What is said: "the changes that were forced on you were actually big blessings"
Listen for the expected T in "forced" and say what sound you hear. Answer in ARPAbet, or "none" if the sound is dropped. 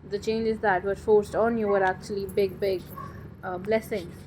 T